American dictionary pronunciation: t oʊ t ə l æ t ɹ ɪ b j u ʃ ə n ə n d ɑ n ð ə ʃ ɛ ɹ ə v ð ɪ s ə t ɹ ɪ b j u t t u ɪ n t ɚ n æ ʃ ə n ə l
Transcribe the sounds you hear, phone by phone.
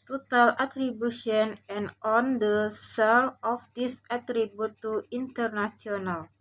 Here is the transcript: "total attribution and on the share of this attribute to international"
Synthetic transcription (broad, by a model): t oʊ t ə l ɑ t ɹ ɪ b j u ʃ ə n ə n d ɑ n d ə s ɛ l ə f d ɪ s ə t ɹ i b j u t t u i n t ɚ n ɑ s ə n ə l